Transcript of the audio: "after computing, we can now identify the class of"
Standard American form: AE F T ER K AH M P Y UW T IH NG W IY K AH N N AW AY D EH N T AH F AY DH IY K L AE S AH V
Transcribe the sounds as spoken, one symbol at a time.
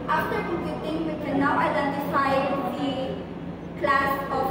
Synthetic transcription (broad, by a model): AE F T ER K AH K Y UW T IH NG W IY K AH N N AW AY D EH N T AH F AY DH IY K L AE S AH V